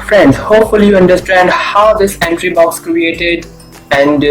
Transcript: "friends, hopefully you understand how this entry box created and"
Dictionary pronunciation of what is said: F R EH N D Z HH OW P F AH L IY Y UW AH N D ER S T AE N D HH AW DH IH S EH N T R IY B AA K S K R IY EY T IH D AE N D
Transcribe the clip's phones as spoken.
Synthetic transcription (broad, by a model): F R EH N D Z HH OW P F AH L IY Y UW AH N D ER S T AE N D HH AW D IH S EH N T R IY B AA K S K R IY EY T IH D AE N D